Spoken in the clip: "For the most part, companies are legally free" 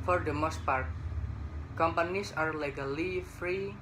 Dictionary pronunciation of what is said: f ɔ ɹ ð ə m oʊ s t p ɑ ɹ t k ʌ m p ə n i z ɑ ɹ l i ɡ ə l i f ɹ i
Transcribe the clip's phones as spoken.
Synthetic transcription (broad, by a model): f ɔ ɹ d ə m oʊ s t p ɑ ɹ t k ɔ m p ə n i s ɑ ɹ l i ɡ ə l i f ɹ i